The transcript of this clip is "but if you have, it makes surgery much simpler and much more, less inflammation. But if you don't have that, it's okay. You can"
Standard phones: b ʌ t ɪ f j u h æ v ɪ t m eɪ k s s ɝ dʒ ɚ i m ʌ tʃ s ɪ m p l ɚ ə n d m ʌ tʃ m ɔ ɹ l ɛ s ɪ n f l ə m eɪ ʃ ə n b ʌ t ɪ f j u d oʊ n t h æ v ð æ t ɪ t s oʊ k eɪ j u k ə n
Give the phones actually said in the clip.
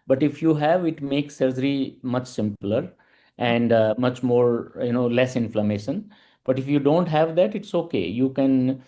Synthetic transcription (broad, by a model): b ʌ t ɪ f j u h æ v ɪ t m eɪ k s s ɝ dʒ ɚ i m ʌ tʃ s ɪ m p l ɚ ə n d m ʌ tʃ m ɔ ɹ l ɛ s ɪ n f l ə m eɪ ʃ ə n b ʌ t ɪ f j u d oʊ n t h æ v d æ t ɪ t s oʊ k eɪ j u k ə n